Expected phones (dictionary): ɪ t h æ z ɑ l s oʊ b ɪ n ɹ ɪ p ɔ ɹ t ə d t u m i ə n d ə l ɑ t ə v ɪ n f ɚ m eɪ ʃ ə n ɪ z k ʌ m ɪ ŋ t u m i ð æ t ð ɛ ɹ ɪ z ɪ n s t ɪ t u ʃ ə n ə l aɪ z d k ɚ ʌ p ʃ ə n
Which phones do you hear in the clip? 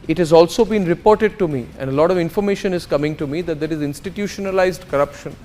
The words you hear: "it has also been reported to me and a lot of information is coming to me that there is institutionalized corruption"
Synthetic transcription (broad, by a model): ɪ t h æ z ɑ l s oʊ b ɪ n ɹ ɪ p ɔ ɹ t ə d t u m i ə n d ə l ɑ t ə v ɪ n f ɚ m eɪ ʃ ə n ɪ z k ʌ m ɪ ŋ t u m i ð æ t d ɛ ɹ ɪ z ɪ n s t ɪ t u ʃ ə n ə l aɪ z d k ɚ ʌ p ʃ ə n